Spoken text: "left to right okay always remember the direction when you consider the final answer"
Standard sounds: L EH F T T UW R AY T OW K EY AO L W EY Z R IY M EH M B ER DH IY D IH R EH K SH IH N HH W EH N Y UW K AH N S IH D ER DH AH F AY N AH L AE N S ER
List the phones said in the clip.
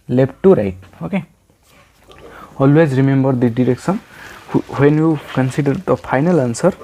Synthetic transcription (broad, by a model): L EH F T T UW R AY T OW K EY AO L W EY Z R IY M EH M B ER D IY D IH R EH K S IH N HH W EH N Y UW K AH N S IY D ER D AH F AY N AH L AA N S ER